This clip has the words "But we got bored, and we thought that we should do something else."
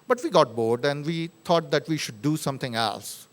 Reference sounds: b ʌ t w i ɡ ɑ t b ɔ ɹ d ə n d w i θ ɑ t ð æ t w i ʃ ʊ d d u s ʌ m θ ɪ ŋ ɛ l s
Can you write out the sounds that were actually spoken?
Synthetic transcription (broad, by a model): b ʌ t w i ɡ ɑ t b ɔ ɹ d ə n d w i t ɑ t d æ t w i ʃ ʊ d d u s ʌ m t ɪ ŋ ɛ l s